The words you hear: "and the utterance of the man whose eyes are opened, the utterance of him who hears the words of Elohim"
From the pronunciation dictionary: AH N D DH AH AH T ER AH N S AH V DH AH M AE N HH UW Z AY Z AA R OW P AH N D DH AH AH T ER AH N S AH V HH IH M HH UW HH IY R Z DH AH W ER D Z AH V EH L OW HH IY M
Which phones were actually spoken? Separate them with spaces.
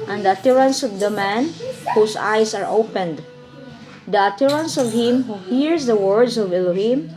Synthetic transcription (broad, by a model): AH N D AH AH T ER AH N S AH V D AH M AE N HH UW S AY S AA R OW P AH N D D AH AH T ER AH N S AH V HH IH M HH UW HH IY R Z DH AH W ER D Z AH V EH L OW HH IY M